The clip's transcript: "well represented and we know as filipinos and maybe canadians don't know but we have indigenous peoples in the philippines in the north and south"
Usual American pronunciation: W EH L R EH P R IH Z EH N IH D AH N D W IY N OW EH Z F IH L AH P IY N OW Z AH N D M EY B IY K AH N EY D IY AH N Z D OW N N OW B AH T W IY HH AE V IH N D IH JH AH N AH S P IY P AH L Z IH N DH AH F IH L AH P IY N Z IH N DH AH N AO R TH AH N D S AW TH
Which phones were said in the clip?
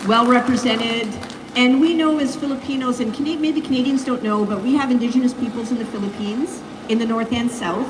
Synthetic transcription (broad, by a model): W EH L R EH P R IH Z EH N IH D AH N W IY N OW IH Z F IH L AH P IY N OW Z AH N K M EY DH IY K AH N EY D IY AH N Z D OW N N OW B AH T W IY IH V IH N D IH JH AH N AH S P IY P L Z IH N DH AH F IH L AH P IY N Z IH N DH AH N AO R TH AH N S AW TH